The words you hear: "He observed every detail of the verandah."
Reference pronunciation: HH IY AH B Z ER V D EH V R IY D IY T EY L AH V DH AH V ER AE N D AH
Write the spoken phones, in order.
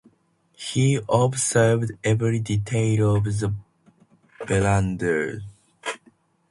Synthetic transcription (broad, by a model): HH IY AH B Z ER V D EH V R IY D IY T EY L AH V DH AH B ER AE N D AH